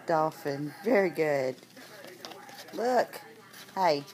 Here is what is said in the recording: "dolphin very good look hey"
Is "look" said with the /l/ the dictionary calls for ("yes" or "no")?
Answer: yes